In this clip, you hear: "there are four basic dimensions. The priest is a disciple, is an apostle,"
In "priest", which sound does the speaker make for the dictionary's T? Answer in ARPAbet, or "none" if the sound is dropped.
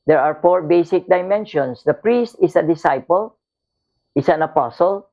T